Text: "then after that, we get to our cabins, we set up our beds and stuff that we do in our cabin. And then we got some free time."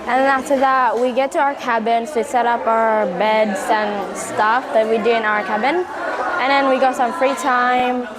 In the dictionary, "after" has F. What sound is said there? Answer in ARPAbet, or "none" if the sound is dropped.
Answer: none